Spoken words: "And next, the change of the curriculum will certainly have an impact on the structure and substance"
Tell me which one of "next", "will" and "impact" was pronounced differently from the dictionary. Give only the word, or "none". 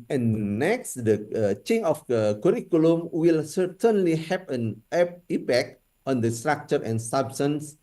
impact